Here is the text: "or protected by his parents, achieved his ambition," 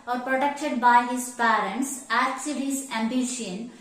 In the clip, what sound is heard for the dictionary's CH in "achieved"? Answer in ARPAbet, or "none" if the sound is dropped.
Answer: S